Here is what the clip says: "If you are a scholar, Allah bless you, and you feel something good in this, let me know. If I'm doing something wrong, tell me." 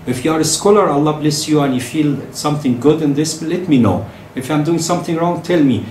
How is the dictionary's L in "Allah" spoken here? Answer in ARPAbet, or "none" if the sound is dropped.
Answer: L